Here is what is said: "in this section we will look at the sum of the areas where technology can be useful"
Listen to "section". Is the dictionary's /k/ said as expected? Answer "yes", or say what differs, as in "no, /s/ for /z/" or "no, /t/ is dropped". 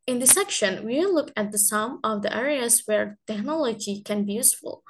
yes